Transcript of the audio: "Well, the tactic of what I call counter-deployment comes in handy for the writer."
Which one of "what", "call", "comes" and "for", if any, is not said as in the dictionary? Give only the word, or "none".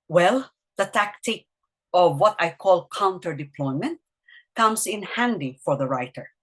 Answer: comes